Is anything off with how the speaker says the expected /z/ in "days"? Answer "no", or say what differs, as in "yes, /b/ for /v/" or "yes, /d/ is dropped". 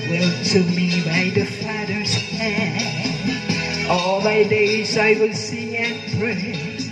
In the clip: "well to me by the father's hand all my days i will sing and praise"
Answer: no